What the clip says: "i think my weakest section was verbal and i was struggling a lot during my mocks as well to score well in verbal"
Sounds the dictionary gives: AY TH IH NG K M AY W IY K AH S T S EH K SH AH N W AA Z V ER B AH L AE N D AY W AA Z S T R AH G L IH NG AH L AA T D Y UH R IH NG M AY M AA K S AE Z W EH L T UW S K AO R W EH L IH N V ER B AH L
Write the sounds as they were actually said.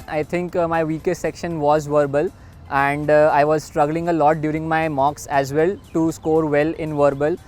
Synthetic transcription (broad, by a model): AY T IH NG K M AY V IY K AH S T S EH K SH AH N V AA Z V ER B AH L AE N D AY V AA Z S T R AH G L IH NG AH L AA T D Y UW R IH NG M AY M AA K S AE Z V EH L T UW S K AO R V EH L IH N V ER B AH L